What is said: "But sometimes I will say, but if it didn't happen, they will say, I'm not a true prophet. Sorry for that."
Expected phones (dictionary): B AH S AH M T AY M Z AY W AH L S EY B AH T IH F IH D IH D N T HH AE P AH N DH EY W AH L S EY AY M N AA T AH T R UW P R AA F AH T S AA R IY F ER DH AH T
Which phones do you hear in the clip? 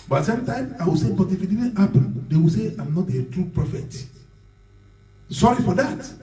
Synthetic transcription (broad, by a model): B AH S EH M T AY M AY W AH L S EY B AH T IH F IH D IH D N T HH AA P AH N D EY W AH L S EY AY M N AA T AH T R UW P R AA F AH T S AA R IY F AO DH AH T